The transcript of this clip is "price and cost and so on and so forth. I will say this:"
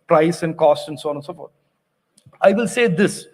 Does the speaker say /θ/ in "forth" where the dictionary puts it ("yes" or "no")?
no